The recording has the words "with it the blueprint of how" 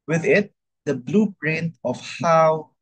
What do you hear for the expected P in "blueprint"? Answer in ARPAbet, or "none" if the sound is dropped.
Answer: B